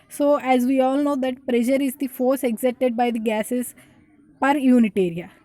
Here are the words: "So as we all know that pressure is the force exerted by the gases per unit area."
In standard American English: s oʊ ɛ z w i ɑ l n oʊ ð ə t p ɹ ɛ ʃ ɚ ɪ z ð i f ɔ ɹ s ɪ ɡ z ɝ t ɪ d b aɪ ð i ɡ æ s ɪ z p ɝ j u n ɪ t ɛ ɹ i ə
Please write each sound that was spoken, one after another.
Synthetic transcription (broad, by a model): s oʊ ɛ z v i ɑ l n oʊ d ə t p ɹ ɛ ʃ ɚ ɪ z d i f ɔ ɹ s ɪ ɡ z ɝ t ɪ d b aɪ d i ɡ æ s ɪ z p ɝ j u n ɪ t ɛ ɹ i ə